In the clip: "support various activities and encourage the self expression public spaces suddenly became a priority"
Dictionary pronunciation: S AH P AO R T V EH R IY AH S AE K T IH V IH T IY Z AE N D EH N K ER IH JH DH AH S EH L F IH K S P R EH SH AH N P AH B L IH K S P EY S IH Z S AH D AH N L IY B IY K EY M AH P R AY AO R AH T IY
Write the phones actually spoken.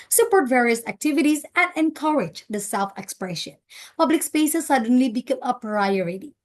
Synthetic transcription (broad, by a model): S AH P AO R T V EH R IY AH S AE K T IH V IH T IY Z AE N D EH N K ER IH JH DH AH S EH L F IH K S P R EH SH AH N P AH B L IH K S P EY S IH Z S AH D AH N L IY B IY K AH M AH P R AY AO R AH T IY